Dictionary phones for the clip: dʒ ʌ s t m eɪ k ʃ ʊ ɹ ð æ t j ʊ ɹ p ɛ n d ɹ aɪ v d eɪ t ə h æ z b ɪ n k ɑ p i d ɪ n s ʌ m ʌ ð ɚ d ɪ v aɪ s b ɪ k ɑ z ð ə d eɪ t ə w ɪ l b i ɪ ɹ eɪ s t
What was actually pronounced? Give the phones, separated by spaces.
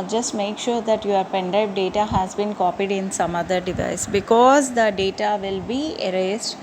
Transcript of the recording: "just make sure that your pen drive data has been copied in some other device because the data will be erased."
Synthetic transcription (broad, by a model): dʒ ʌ s t m eɪ k ʃ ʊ ɹ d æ t j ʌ ɹ p ɛ n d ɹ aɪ p d eɪ t ə h æ z b ɪ n k ɑ p i d ɪ n s ʌ m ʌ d ɚ d ɪ v aɪ s b ɪ k ɑ z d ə d eɪ t ə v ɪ l b i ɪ ɹ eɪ s t